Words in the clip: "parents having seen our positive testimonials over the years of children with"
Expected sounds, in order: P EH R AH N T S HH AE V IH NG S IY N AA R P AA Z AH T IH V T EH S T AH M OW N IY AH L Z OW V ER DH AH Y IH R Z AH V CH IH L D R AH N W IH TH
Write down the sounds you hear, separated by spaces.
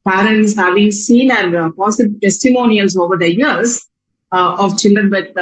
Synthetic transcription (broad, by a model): P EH R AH N T S HH AE V IH NG S IY N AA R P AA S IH B T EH S T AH M OW N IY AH L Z OW V ER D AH Y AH R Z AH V CH IH L D R AH N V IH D